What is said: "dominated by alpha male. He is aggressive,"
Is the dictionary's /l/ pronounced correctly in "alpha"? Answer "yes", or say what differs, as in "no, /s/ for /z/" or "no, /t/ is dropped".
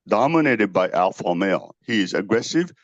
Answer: yes